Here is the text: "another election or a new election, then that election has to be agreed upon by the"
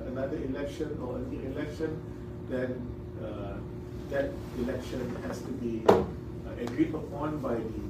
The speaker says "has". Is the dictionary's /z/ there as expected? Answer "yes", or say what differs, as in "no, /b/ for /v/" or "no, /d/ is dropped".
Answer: no, /s/ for /z/